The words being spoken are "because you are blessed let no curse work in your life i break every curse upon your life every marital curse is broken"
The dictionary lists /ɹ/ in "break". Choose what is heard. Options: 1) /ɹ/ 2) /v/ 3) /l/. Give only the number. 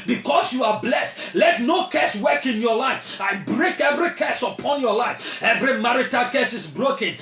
1